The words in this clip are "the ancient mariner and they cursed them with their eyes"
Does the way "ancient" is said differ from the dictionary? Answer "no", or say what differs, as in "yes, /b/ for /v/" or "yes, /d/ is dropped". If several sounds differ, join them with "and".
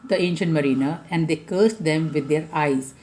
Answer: no